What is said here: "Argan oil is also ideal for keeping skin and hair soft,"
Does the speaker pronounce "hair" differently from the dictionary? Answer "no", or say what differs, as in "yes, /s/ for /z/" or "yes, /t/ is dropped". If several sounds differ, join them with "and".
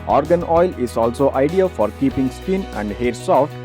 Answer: no